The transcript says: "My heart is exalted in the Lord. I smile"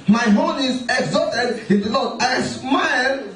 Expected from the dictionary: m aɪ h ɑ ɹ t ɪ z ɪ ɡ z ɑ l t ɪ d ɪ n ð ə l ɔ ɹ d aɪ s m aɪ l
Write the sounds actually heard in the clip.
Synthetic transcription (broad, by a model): m aɪ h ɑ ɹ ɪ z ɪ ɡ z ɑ t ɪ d ɪ n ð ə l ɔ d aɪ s m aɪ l